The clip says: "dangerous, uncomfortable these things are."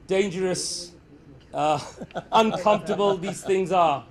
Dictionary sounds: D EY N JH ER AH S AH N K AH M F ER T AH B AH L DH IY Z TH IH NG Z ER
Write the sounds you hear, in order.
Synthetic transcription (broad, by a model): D EY N JH ER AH S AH N K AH M F T AH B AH L DH IY Z TH IH NG Z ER